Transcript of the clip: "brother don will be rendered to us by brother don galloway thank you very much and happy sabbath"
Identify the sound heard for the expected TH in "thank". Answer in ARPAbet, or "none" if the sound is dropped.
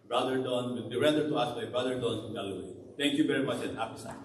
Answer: T